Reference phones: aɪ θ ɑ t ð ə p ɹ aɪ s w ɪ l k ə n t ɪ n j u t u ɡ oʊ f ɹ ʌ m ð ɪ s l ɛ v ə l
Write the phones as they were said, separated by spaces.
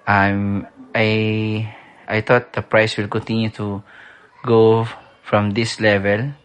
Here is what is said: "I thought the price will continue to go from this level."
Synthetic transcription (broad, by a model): aɪ t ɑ t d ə p ɹ aɪ s w ɪ l k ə n t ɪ n j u t u ɡ oʊ f ɹ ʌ m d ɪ s l ɛ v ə l